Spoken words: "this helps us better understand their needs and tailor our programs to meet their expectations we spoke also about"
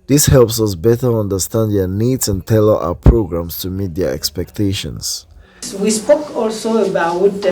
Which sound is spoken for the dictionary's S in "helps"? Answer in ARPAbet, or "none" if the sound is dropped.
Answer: S